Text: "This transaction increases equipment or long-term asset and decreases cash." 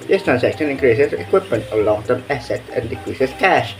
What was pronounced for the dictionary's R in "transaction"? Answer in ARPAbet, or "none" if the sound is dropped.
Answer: none